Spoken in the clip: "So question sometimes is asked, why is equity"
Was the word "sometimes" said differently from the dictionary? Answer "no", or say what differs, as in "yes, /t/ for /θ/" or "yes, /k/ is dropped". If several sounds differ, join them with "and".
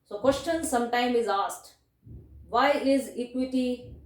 yes, /z/ is dropped